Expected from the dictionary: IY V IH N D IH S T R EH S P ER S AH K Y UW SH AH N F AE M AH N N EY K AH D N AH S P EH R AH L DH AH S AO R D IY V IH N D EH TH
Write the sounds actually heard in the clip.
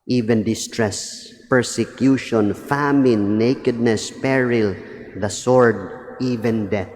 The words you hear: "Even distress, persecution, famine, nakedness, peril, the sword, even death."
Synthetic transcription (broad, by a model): IY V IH N D IH S T R EH S P ER S AH K Y UW SH AH N F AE M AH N N EY K AH D N AH S P EH R AH L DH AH S AO R D IY V IH N D EH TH